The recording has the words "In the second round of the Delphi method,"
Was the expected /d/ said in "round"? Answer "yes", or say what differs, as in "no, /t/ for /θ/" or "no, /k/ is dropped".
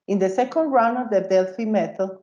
no, /d/ is dropped